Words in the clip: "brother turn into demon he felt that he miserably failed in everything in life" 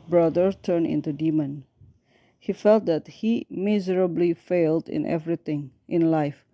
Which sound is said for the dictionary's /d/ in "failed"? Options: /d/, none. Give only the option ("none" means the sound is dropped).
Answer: /d/